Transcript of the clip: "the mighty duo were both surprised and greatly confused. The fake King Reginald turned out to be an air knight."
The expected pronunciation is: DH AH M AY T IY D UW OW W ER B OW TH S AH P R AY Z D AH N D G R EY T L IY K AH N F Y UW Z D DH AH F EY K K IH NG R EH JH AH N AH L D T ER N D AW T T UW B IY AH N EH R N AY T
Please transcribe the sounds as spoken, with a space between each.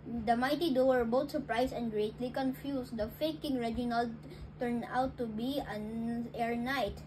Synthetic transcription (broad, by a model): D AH M AY T IY D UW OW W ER B OW T S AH P R AY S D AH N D G R EY T L IY K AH N F Y UW S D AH F EY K K IH NG R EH JH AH N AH L T ER N D AW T T UW B IY AH N EH R N AY T